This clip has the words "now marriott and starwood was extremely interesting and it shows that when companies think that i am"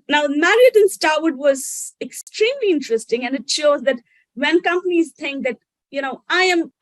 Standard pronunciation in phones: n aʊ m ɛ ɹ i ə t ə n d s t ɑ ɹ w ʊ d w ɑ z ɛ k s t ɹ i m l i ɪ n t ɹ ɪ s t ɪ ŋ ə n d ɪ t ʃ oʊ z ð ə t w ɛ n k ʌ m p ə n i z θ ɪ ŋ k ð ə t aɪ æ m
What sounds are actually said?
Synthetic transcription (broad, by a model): n aʊ m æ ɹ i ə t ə n s t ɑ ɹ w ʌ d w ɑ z ɛ k s t ɹ i m l i ɪ n t ɹ ɪ s t ɪ ŋ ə n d ɪ t ʃ oʊ z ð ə t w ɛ n k ʌ m p ə n i z t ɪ ŋ k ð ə t aɪ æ m